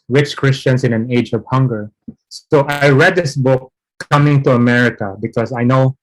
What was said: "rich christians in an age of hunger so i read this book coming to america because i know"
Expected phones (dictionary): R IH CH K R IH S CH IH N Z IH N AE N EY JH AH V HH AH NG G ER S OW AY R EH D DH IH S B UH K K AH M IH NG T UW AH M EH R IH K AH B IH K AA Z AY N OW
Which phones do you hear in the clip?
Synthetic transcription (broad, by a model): R IH CH K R IH S CH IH N S IH N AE N EY JH AH V HH AH NG G ER S OW AY R EH D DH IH S B UH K K AH M IH NG T UW AH M EH R IH K AH B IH K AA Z AY N OW